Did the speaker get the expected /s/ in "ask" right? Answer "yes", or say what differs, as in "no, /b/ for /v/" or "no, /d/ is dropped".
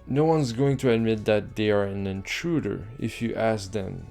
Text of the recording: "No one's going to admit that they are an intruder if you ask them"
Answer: yes